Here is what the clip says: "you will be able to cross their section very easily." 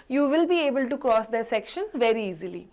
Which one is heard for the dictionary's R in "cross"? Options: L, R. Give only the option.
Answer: R